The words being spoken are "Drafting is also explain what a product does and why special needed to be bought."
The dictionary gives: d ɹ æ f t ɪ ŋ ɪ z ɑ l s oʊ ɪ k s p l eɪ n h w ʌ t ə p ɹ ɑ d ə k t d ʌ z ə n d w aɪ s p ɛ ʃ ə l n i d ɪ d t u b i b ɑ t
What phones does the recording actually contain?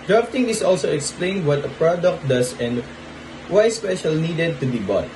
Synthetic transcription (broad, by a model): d ɹ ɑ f t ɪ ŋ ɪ s ɑ l s oʊ ɪ k s p l eɪ n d w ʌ t ə p ɹ ɑ d ə k t d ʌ s ə n d w aɪ s p ɛ ʃ ə l n i d ɪ d t u b i b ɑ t